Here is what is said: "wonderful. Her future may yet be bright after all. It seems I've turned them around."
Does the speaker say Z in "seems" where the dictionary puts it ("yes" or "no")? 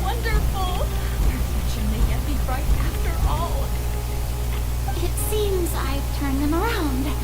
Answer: yes